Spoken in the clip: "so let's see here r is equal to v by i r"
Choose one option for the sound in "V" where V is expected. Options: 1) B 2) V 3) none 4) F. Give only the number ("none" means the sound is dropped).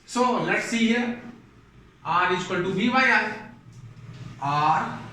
1